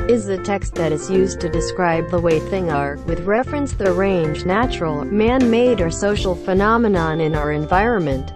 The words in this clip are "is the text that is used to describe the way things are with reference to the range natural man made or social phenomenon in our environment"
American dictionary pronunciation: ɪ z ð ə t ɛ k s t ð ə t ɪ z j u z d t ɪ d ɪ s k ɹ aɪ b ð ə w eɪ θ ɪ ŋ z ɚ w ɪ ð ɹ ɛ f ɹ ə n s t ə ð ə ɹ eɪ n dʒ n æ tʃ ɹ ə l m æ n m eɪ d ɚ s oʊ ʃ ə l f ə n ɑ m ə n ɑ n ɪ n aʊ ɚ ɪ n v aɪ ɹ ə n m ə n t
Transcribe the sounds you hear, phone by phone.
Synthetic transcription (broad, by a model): ɪ z ð ə t ɛ k s t ð ə t ɪ z j u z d t ɪ d ɪ s k ɹ aɪ b ð ə w eɪ θ ɪ ŋ ɚ w ɪ ð ɹ ɛ f ɹ ə n s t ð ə ɹ eɪ n dʒ n æ tʃ ɹ l m æ n m eɪ d ɚ s oʊ ʃ l f ə n ɑ m ə n ɑ n ɪ n aʊ ɚ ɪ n v aɪ ɹ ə n m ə n t